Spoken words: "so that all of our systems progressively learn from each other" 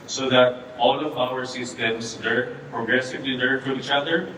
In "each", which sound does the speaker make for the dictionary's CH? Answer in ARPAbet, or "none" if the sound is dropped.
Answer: CH